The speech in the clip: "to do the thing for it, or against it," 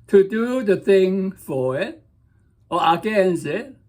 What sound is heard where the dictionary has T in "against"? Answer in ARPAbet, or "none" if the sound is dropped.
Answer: none